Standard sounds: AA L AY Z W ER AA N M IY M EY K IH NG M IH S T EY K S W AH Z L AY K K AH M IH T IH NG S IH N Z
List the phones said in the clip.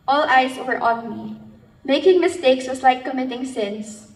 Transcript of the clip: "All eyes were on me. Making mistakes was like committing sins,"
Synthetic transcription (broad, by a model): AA L AY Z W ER AA N M IY M EY K IH NG M IH S T EY K S W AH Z L AY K K AH M IH T IH NG S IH N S